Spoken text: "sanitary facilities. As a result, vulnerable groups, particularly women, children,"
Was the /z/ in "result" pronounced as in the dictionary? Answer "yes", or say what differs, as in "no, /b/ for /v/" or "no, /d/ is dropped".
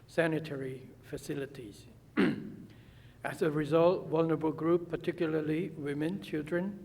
yes